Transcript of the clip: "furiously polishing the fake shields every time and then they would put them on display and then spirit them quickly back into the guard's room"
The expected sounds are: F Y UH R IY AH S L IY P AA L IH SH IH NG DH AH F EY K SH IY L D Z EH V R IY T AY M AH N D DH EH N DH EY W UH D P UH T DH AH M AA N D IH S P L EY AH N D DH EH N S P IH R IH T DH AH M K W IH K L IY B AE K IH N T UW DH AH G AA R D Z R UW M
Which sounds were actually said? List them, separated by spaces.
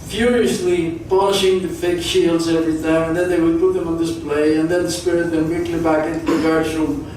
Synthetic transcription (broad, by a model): F Y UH R IY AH S L IY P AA N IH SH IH NG DH AH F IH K SH IY L D Z EH V R IY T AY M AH N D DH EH N DH EY W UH D P UH T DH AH M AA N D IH S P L EY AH N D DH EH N S P IH R IH T DH AH M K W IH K L IY B AE K IH N T UW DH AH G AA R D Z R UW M